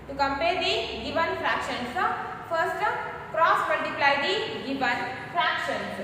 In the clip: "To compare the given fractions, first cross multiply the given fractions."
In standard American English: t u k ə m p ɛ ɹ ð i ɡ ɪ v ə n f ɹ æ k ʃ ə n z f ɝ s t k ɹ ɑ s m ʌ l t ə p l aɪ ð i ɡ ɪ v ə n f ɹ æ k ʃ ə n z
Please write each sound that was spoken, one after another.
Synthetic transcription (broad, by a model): t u k ə m p ɛ ɹ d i ɡ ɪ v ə n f ɹ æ k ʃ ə n s f ɝ s t k ɹ ɑ s m ʌ l t ə p l aɪ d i ɡ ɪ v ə n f ɹ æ k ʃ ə n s